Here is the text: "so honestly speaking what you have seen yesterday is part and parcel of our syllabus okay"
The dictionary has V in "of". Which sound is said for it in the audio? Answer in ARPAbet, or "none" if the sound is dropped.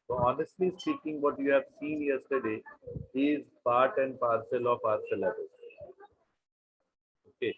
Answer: P